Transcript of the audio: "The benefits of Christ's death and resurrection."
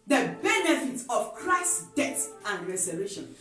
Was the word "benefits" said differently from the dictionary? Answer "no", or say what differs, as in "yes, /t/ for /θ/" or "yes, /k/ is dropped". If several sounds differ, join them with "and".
yes, /s/ is dropped